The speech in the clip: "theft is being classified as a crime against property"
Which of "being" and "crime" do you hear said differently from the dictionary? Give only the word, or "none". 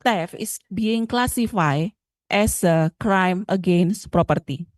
none